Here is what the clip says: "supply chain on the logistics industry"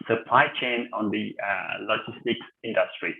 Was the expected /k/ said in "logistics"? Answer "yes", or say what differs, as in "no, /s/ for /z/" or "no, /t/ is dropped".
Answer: yes